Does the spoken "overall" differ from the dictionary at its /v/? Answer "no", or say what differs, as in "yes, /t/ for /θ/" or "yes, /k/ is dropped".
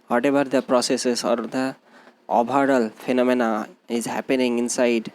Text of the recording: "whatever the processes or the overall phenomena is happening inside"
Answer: yes, /b/ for /v/